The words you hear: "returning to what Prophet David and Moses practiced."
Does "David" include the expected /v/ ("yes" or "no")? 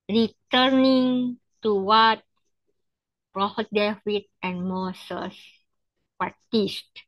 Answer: no